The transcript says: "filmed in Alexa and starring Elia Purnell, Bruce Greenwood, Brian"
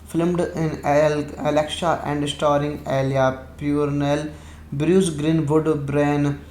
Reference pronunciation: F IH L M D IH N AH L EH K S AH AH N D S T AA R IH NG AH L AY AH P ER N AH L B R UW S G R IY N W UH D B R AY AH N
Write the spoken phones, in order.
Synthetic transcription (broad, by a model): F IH L M D IH N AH L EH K SH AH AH N D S T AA R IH NG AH L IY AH P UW N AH L B R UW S G R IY N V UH D B R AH N